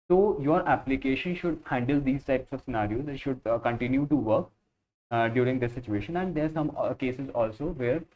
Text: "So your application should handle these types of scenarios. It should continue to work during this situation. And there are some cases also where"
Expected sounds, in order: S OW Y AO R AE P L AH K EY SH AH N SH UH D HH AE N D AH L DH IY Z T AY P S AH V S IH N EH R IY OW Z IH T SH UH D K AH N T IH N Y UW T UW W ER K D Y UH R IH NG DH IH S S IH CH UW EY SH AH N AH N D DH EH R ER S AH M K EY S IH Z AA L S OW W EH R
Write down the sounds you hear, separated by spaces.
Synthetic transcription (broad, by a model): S OW Y AO R AE P L AH K EY SH AH N SH UH D HH AE N D AH L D IY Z T AY P S AH V S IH N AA R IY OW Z IH T SH UH D K AH N T IH N Y UW T UW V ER K D Y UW R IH NG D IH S S IH CH UW EY SH AH N AH N D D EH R S AH M K EY S IH Z AA L S OW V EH R